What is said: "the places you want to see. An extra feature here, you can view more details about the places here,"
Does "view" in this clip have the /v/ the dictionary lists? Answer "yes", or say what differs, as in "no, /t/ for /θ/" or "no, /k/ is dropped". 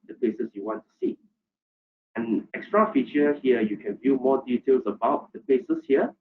yes